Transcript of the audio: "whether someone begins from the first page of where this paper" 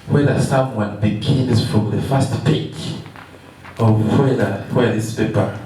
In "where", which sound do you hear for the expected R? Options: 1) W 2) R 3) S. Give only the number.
1